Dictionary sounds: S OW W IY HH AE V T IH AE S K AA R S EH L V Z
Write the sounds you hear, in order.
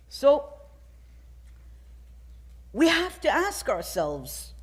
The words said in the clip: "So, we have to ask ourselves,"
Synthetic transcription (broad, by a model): S OW W IY HH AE F T IH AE S K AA R S EH L V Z